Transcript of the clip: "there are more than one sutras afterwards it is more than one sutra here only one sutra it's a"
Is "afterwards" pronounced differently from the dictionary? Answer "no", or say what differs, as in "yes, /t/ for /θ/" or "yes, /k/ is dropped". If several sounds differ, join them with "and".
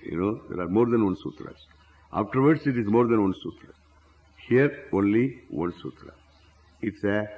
yes, /s/ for /z/